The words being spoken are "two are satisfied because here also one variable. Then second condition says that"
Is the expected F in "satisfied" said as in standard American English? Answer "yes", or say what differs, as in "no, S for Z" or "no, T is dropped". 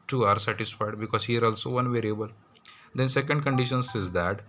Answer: yes